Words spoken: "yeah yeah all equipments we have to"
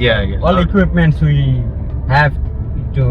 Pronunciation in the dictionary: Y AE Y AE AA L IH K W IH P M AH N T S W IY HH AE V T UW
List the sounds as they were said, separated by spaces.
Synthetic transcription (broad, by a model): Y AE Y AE AA L IH K W IH P M AH N T S W IY HH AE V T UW